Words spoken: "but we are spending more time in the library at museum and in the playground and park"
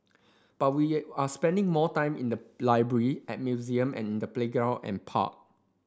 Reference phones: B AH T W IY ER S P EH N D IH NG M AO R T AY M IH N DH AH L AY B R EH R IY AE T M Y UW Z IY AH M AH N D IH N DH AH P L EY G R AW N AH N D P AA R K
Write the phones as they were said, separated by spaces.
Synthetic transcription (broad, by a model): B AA T W IY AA S P EH N D IH NG M AO T AY M IH N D AH L AY B R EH R IY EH T M Y UW Z IY AH M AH N IH N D AH P L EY G R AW AH N P AA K